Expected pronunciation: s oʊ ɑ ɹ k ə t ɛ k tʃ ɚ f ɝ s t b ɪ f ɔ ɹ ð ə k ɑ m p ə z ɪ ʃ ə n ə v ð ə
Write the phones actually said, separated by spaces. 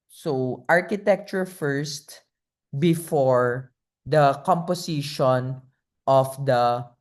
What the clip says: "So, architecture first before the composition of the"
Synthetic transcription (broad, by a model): s oʊ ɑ ɹ k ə t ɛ k tʃ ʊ f ɝ s t b ɪ f ɔ ɹ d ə k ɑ m p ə s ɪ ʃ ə n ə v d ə